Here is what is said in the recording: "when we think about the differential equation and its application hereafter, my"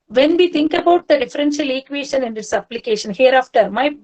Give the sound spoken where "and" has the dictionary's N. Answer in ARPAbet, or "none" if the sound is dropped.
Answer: N